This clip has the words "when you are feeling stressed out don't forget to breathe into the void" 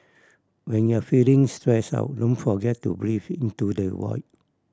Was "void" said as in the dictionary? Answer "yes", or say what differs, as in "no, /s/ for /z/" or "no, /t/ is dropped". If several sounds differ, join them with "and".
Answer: no, /w/ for /v/